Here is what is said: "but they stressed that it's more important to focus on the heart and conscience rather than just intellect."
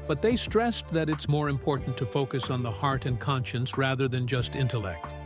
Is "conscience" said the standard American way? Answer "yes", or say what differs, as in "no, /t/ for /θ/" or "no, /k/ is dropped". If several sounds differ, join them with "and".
yes